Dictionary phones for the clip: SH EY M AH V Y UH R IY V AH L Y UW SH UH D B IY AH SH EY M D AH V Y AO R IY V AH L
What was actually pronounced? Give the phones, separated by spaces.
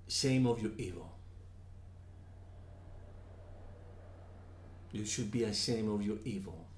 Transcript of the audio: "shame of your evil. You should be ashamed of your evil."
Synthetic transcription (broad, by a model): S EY M AH V Y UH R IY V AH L Y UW SH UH D B IY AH S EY M AH V Y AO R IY V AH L